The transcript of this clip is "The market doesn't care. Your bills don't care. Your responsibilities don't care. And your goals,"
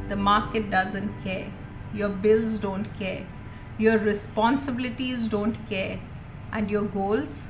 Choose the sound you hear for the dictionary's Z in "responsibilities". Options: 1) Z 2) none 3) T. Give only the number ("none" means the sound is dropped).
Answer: 1